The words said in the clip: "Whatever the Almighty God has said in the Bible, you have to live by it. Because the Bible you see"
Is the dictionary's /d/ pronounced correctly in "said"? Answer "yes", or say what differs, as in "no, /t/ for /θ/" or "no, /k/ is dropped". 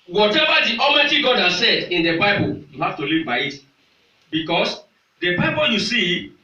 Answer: yes